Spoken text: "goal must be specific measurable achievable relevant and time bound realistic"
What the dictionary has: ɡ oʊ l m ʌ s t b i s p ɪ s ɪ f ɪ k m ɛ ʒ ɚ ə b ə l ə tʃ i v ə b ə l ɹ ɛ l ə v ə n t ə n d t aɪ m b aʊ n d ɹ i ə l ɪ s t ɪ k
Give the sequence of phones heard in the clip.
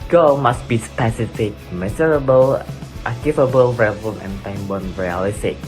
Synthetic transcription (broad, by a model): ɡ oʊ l m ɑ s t b i s p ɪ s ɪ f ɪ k m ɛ z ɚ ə b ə l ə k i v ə b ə l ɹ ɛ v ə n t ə n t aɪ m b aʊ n ɹ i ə l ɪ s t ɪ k